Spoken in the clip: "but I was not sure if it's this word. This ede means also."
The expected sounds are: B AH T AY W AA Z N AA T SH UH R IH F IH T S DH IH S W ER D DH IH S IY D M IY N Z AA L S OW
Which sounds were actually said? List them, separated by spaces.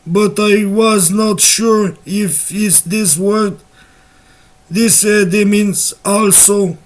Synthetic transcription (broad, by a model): B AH T AY W AA Z N AA T SH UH R IH F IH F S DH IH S W ER D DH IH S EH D M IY N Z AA L S OW